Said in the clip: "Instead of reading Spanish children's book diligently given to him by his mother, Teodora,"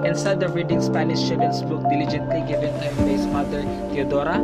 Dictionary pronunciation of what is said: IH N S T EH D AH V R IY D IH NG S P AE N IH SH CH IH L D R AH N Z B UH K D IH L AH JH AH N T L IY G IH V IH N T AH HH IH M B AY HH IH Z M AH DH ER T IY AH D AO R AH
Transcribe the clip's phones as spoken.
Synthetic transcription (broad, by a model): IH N S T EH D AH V R IY D IH NG S P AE N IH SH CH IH D AH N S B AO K D IH L AH JH AH N T L IY G IH V IH N T AH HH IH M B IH S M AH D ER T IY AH D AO R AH